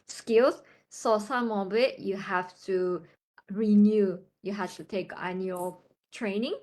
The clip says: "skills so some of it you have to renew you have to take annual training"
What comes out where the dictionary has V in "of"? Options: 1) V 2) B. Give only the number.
2